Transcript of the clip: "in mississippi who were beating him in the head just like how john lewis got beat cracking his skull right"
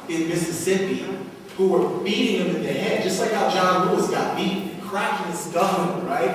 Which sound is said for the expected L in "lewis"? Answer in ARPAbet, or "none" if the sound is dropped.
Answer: W